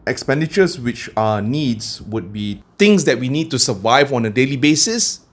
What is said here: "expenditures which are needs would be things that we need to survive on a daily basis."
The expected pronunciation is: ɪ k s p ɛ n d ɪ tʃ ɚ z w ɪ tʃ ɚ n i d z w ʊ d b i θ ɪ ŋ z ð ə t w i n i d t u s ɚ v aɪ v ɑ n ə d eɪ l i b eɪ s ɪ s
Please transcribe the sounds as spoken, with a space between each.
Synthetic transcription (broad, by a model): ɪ k s p ɛ n d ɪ tʃ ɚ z w ɪ tʃ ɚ n i d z w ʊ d b i t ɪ ŋ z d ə t w i n i d t u s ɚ v aɪ v ɑ n ə d eɪ l i b eɪ s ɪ s